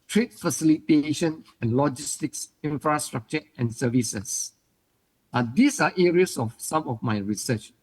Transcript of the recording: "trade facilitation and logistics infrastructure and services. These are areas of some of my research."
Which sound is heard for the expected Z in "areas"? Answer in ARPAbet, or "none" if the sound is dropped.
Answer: S